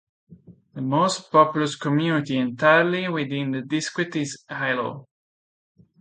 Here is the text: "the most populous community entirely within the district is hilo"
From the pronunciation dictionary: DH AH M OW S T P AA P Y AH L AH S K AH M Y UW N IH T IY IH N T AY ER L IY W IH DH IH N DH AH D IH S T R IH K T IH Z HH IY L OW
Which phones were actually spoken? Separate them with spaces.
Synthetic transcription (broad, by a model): DH AH M OW S T P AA P Y L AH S K AH M Y UW N IH T IY IH N T AY ER L IY W IH DH IH N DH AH D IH S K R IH T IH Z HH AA L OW